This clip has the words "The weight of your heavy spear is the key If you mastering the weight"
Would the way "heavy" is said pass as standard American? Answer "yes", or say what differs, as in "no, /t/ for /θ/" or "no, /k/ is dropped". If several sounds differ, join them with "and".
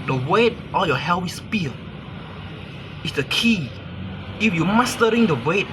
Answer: no, /w/ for /v/